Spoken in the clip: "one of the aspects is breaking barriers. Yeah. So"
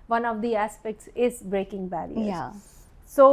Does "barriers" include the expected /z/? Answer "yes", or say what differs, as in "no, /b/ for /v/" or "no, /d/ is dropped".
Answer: no, /z/ is dropped